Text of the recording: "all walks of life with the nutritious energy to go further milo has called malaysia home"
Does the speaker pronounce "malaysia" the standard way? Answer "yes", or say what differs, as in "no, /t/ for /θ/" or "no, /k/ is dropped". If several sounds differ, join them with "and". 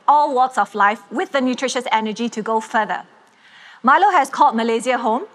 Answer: no, /z/ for /ʒ/